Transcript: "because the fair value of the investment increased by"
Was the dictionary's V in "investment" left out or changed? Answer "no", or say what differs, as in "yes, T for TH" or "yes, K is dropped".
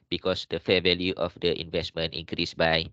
no